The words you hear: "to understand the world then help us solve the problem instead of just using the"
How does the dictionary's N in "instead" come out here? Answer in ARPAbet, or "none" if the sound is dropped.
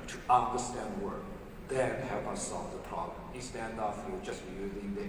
none